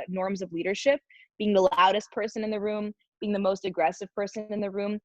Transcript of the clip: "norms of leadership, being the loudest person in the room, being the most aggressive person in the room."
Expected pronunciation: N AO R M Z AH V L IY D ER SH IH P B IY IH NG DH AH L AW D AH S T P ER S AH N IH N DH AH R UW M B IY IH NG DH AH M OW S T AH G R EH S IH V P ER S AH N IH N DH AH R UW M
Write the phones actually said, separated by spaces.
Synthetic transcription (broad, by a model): N AO R M Z AH V L IY D ER SH IH P B IY IH NG DH AH L AW D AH S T P ER S AH N IH N DH AH R UW M B IY IH NG DH AH M OW S T AH G R EH S IH V P ER S AH N IH N DH AH R UW M